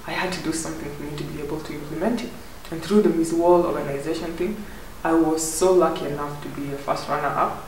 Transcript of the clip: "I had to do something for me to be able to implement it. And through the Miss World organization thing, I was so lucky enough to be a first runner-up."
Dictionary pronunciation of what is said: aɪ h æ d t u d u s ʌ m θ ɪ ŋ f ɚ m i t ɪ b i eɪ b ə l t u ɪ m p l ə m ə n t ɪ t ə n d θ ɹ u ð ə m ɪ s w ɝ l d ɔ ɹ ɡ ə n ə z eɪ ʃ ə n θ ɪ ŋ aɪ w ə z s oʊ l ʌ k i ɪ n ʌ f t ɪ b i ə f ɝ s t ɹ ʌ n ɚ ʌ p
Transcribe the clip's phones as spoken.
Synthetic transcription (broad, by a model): aɪ h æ d t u d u s ʌ m θ ɪ ŋ f ɚ m i t ɪ b i eɪ b ə l t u ɪ m p l ə m ə n t ɪ t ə n θ ɹ u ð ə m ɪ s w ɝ l ɔ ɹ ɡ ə n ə z eɪ ʃ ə n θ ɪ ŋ aɪ w ə z s oʊ l ʌ k i ɪ n ʌ f t ɪ b i ə f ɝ s t ɹ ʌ n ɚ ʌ p